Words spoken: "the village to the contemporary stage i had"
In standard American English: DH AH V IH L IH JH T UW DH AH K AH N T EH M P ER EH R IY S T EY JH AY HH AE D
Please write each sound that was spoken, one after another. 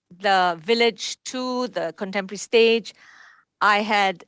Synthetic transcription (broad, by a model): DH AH V IH L IH JH T UW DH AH K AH N T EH M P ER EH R IY S T EY JH AY HH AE D